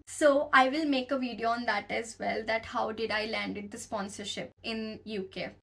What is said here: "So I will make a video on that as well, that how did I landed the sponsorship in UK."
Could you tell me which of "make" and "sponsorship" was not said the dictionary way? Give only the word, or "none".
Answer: none